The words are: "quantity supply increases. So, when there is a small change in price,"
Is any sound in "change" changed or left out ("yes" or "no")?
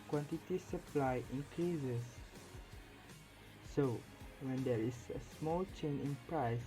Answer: yes